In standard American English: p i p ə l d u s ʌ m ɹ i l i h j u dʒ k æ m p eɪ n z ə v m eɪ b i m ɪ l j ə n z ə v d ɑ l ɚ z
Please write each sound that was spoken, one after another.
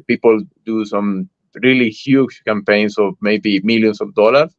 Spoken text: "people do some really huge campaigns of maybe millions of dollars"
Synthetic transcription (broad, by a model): p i p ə l d u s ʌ m ɹ i l i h j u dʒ k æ m p eɪ n s ə v m eɪ b i m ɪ l j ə n s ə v d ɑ l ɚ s